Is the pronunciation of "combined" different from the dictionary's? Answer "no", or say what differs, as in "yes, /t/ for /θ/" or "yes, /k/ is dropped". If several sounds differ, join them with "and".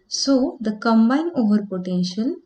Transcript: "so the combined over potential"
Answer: yes, /d/ is dropped